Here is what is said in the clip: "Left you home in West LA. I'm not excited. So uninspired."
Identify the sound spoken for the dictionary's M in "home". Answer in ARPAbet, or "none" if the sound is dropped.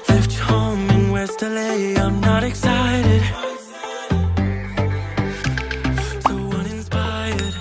none